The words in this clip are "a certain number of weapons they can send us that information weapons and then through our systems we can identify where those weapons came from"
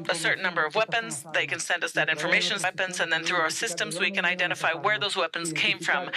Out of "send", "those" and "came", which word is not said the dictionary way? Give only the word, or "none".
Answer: none